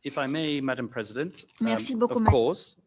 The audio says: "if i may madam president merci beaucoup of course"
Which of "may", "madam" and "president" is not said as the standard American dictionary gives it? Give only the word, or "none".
none